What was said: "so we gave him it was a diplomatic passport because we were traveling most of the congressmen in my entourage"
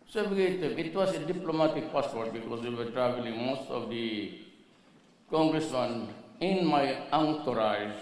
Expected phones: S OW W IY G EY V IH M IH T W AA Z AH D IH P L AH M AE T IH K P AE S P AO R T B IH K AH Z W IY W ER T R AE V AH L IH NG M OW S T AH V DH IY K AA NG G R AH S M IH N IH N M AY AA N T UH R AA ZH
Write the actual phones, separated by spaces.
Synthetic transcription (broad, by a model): S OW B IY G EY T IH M IH T W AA S AH D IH P L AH M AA T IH K P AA S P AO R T B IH K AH S W IY W ER T R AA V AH L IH NG M OW S T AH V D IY K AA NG G R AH S M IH N IH N M AY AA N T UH R AA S